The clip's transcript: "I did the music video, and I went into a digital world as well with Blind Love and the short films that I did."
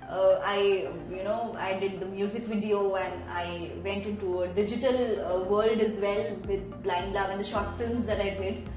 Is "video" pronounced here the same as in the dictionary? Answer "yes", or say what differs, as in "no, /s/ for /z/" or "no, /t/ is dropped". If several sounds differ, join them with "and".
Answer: yes